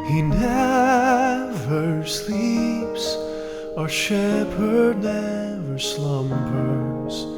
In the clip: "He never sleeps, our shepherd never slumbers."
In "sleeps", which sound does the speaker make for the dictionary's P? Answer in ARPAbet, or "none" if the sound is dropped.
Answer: P